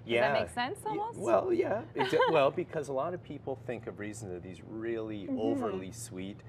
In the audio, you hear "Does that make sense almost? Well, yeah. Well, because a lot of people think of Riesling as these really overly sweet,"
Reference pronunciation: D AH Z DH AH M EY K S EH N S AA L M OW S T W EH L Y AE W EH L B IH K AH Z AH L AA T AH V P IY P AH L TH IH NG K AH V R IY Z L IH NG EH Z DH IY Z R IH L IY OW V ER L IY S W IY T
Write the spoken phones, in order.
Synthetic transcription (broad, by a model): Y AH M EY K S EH N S S W EH L Y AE W EH L B IH K AH Z AH L AA T AH V P IY P L TH IH NG K AH V R IY Z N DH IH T DH IY Z R IH L IY OW V ER L IY S W IY T